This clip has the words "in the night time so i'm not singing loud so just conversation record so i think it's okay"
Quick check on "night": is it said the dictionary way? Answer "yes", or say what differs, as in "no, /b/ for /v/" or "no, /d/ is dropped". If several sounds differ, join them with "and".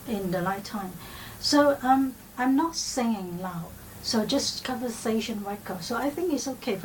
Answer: no, /l/ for /n/